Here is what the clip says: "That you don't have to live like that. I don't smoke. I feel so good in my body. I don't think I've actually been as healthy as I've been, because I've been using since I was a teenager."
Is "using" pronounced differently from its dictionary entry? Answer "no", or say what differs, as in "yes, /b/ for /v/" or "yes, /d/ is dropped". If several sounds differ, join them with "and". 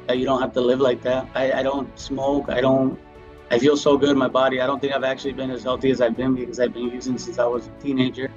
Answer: no